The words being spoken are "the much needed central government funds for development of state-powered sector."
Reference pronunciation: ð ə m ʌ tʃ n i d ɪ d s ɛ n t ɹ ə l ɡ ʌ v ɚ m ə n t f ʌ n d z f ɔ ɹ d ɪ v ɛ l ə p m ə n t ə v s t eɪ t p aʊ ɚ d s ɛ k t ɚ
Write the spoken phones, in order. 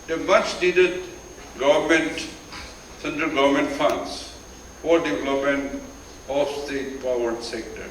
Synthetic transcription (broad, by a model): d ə m ʌ tʃ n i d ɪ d s ɛ n t ɹ ə l ɡ ʌ v ɚ m ə n t f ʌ n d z f ɔ ɹ d ɪ v ɛ l ə p m ə n t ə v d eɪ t p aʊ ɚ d s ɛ k t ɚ